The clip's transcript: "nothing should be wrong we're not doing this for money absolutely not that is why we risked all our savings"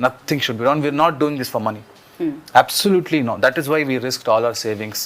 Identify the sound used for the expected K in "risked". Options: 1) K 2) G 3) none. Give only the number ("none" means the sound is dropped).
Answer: 1